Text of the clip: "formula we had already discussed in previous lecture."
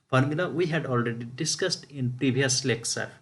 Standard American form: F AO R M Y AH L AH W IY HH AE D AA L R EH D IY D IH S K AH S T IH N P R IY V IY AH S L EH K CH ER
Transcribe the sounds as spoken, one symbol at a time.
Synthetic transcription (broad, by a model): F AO R M Y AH L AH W IY HH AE D AA L R EH D IY D IH S K AH S T IH N P R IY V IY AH S L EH K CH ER